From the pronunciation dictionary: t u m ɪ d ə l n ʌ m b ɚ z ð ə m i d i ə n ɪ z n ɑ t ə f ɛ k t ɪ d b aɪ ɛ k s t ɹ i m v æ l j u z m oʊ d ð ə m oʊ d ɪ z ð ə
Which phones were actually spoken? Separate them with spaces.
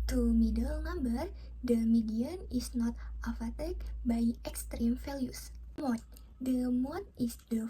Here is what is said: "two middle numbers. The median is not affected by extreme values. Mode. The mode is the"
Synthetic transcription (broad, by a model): t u m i d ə l n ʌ m b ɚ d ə m i d i ə n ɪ s n ɑ t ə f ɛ t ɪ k b aɪ ɛ k s t ɹ i m f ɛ l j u s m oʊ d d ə m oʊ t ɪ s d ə